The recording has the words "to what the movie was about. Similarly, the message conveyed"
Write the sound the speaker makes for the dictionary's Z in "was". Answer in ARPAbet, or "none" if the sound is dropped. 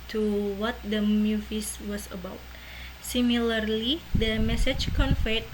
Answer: S